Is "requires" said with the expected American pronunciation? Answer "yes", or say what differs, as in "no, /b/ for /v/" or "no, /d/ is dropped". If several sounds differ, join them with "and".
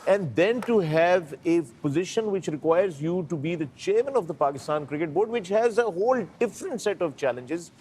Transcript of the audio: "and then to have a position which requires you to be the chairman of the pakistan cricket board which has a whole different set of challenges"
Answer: yes